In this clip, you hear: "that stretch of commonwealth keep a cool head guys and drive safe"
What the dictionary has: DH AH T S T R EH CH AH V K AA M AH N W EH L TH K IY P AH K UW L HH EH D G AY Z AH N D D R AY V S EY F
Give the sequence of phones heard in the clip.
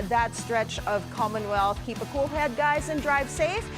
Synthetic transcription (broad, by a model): DH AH T S T R EH CH AH V K AA M AH N W EH L TH K IY P AH K UW L HH EH D G AY Z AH N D D R AY V S EY F